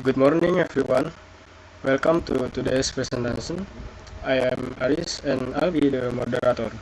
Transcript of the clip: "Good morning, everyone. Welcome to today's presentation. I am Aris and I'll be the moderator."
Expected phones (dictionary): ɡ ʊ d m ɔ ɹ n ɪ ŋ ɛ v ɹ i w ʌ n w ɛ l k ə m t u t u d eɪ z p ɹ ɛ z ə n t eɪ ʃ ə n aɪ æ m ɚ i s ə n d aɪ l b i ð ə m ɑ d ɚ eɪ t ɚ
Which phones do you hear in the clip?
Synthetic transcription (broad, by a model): ɡ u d m ɔ ɹ n ɪ ŋ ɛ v ɹ i w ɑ n w ɛ l k ə m t u t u d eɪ s p ɹ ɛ s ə n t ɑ s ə n aɪ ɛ m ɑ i s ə n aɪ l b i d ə m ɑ d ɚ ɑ t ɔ